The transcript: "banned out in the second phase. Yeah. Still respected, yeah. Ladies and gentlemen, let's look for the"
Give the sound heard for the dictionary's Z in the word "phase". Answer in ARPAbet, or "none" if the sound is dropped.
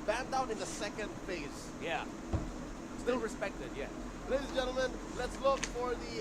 S